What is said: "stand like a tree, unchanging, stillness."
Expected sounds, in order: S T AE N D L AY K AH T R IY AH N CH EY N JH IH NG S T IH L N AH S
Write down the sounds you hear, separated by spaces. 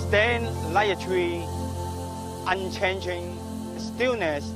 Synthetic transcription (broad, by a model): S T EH N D L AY AH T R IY AH N CH EY N JH IH NG S T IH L N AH S